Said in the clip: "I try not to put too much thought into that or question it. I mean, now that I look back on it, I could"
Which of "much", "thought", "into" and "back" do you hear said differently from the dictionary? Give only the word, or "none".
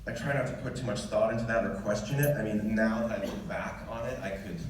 none